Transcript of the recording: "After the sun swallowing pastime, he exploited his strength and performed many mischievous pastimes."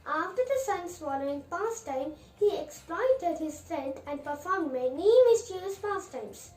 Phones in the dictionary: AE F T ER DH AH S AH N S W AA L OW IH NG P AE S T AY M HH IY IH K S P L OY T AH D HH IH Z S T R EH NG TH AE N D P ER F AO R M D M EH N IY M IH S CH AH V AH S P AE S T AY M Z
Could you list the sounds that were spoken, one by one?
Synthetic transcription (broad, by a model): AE F T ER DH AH S AH N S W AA N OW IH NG P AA S T AY M HH IY IH K S P L OY T AH D HH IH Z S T R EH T AE N D P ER F AO R M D M EH N IY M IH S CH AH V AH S P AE S T AY M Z